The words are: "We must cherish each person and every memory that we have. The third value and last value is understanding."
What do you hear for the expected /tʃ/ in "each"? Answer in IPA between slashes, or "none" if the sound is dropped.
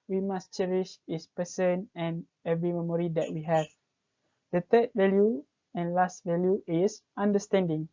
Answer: /s/